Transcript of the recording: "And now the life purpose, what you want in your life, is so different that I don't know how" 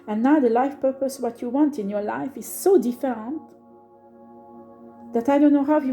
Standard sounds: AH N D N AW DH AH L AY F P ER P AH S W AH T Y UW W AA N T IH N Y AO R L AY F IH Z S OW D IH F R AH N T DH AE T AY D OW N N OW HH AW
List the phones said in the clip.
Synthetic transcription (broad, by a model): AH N N AW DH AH L AY F P ER P AH S W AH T Y UW W AA N T IH N Y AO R L AY F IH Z S OW D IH F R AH N T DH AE T AY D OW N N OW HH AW